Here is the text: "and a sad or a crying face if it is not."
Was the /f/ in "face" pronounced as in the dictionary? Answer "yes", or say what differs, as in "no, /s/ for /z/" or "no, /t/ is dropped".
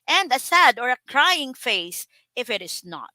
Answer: yes